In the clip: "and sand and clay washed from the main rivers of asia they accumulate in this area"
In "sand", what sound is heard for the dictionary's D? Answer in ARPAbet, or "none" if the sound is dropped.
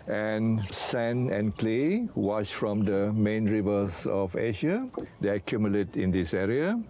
none